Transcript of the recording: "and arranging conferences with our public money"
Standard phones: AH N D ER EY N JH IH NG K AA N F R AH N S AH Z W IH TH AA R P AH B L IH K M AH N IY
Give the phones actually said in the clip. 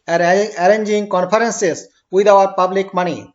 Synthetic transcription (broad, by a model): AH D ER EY N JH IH NG K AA N P R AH N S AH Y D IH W AA R P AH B L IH K M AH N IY